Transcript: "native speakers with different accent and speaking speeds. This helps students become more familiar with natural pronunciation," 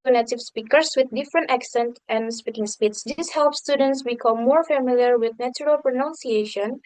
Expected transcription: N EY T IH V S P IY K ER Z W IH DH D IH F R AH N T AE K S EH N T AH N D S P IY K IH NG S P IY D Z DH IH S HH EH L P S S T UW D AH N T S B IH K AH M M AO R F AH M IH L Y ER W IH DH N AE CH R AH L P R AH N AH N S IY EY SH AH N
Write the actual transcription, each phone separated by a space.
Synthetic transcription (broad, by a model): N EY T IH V S P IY K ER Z W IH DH D IH F R AH N T AE K S EH N T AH N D S P IY K IH NG S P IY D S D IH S HH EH L P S S T UW D AH N T S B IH K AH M M AO R F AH M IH L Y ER W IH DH N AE CH R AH L P R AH N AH N S IY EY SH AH N